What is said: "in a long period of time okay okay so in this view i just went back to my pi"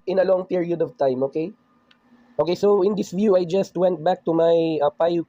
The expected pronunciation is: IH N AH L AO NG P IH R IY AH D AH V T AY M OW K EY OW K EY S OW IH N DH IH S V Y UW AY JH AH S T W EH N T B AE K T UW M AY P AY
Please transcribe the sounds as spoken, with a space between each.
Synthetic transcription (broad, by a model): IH N AH L AO NG P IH R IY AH D AH V T AY M OW K EY OW K EY S OW IH N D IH S V Y UW AY JH AH S T W EH N T B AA K T UW M AY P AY